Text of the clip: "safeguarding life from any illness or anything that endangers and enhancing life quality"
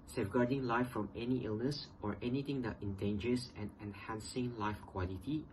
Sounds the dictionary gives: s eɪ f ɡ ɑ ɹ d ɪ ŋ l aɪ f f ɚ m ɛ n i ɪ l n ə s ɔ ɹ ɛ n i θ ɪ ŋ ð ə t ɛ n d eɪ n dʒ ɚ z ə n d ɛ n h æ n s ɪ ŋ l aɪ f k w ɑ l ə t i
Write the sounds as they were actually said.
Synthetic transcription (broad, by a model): s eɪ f ɡ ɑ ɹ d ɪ ŋ l aɪ f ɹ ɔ m ɛ n i ɪ l n ə s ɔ ɹ ɛ n i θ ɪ ŋ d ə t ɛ n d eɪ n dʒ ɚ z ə n ɛ n h æ n s ɪ ŋ l aɪ f k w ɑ l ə t i